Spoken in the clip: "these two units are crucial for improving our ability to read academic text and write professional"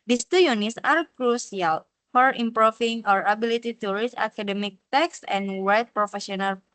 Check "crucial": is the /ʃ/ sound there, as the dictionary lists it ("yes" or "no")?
no